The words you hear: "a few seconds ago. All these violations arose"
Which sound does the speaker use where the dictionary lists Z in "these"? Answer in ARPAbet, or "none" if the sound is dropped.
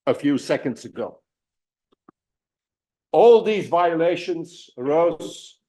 Z